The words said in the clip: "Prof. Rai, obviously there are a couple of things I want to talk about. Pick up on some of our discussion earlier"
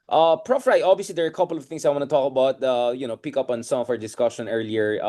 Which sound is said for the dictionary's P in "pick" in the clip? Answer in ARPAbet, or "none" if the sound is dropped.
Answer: P